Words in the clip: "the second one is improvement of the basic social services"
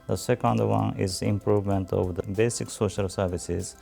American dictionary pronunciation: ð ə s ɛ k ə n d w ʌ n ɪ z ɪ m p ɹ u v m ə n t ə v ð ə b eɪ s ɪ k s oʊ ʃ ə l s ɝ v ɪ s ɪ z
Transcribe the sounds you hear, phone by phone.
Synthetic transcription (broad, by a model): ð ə s ɛ k ə n d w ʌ n ɪ z ɪ m p ɹ u v m ə n t ə v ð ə b eɪ s ɪ k s oʊ ʃ ə l s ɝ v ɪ s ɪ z